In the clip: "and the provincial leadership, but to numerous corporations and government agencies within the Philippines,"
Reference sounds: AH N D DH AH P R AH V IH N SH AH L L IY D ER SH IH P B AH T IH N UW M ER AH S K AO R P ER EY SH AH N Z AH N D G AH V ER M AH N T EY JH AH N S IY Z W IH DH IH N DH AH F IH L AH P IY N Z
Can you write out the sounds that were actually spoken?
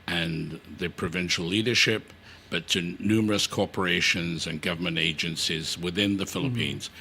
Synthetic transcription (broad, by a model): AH N DH AH P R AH V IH N SH L L IY D ER SH IH P B AH T IH N UW M ER AH S K AO R P ER EY SH AH N Z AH N G AH V ER M AH N T EY JH AH N S IY Z W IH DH IH N DH AH F IH L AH P IY N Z